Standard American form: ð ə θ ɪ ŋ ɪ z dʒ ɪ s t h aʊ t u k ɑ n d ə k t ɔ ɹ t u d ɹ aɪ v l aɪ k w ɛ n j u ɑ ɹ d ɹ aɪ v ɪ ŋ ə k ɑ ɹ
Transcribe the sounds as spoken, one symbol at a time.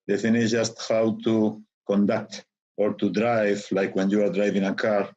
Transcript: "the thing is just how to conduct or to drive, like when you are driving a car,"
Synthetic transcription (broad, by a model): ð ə f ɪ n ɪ dʒ ɪ s t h aʊ t u k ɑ n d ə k t ɔ ɹ t u d ɹ aɪ v l aɪ k w ɛ n j u ɑ ɹ d ɹ aɪ v ɪ ŋ ə k ɑ ɹ